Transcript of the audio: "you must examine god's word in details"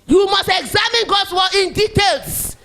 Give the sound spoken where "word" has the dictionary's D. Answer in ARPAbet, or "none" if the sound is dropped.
none